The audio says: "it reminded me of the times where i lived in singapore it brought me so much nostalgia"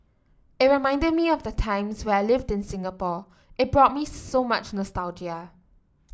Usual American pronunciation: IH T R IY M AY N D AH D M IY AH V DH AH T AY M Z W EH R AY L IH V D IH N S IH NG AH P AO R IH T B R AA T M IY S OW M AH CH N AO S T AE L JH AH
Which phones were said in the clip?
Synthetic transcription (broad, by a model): IH T R IY M AY N D AH D M IY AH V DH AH T AY M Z W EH AY L IH V D IH N S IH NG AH P AO IH T B R AA T M IY S OW M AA CH N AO S T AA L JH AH